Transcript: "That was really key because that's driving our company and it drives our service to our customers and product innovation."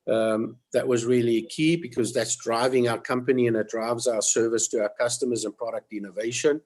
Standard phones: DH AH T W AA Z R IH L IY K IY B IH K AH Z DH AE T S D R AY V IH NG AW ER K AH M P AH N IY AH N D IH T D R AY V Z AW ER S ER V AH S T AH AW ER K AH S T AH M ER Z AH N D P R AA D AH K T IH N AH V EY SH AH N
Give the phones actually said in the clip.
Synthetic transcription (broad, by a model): DH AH T W AA Z R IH L IY K IY B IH K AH Z DH AE T S D R AY V IH NG AW ER K AH M P AH N IY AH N IH T D R AY V Z AW ER S ER V AH S T AH AW ER K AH S T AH M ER Z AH N P R AA D AH K T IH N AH V EY SH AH N